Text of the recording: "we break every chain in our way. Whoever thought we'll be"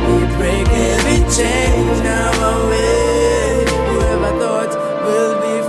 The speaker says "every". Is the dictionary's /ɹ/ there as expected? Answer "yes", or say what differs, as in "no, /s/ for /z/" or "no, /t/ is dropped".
no, /ɹ/ is dropped